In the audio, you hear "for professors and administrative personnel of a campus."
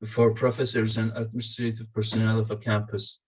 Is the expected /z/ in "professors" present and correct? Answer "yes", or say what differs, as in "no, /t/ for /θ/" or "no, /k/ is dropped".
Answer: yes